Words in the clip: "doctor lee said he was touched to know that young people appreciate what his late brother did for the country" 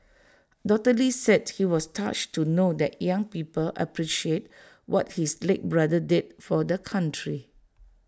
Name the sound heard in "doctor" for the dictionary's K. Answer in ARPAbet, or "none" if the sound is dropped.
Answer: none